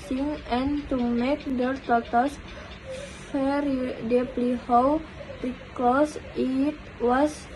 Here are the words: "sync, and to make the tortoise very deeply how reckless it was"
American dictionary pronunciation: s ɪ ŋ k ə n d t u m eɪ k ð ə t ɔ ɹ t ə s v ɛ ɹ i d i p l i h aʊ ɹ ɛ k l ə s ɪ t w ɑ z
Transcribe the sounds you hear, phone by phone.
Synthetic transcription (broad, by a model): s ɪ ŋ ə n t u m eɪ k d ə t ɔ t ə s f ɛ ɹ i d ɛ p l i h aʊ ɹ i k ə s ɪ t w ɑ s